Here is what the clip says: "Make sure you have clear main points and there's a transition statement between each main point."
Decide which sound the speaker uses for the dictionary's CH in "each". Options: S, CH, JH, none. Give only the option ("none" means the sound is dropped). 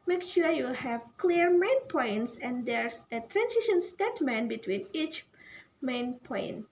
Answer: CH